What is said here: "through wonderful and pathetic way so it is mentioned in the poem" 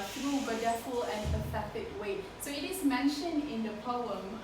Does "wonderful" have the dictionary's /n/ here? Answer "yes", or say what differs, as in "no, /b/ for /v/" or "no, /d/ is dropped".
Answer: no, /n/ is dropped